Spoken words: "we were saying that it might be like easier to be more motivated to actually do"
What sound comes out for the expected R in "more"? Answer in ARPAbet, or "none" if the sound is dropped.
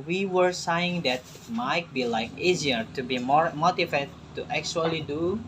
R